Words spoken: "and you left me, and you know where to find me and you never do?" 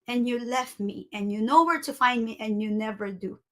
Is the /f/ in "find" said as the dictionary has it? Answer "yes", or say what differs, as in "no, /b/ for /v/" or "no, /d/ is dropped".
yes